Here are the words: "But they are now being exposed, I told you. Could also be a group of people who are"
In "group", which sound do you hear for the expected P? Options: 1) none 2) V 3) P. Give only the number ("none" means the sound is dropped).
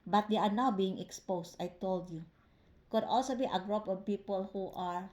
3